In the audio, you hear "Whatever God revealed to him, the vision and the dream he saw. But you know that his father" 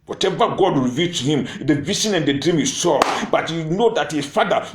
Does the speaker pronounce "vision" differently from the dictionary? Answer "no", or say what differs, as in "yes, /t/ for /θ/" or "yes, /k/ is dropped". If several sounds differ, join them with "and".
yes, /s/ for /ʒ/